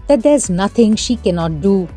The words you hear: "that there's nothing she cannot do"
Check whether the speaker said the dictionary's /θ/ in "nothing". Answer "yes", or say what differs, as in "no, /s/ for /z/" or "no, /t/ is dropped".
no, /t/ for /θ/